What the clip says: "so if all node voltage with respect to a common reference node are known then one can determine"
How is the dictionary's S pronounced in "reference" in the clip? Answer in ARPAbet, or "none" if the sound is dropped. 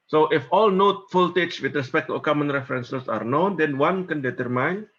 S